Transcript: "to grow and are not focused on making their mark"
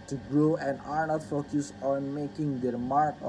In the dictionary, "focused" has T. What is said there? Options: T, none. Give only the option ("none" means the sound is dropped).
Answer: none